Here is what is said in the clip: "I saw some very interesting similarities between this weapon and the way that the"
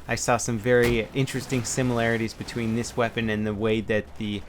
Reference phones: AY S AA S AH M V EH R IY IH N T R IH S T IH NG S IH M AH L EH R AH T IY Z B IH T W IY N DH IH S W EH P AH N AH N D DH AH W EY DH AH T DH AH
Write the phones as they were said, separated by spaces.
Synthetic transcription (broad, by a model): AY S AA S AH M V EH R IY IH N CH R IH S T IH NG S IH M AH L EH R AH T IY Z B IH T W IY N DH IH S W EH P AH N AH N DH AH W EY DH AH T DH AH